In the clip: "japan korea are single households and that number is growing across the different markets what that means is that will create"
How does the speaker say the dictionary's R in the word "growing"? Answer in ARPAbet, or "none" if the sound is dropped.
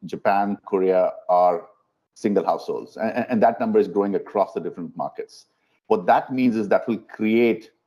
none